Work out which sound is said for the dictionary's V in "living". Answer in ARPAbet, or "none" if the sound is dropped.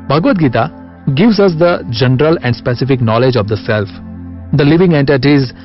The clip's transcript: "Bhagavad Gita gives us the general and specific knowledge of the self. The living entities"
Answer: V